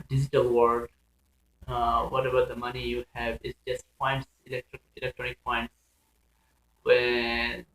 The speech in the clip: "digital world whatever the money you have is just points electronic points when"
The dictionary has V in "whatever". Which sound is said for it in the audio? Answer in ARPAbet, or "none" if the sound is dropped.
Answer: B